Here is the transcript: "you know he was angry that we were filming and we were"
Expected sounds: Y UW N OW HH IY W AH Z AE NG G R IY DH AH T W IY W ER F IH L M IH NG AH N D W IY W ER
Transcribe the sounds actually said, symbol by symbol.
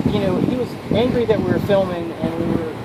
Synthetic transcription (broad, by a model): Y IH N OW HH IY W AH Z AE NG G R IY DH AH T W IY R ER F IH L M IH NG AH N W IY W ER